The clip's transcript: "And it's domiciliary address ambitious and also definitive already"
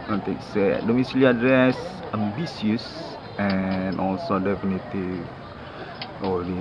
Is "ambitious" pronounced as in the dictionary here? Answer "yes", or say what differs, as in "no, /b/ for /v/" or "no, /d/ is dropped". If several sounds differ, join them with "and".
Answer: no, /s/ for /ʃ/